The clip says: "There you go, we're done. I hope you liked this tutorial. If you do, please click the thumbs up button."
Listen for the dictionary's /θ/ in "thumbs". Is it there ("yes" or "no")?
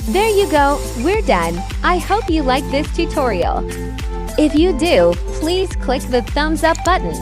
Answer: yes